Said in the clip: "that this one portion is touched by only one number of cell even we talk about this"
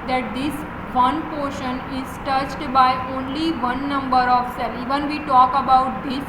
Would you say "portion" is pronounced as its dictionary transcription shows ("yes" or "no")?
yes